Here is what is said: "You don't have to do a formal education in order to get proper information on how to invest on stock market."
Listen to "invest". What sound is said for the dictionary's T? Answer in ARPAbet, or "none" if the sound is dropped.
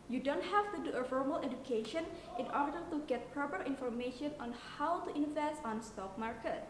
none